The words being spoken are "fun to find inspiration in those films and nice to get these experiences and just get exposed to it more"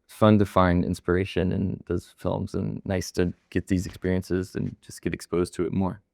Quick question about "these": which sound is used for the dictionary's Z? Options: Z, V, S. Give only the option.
Z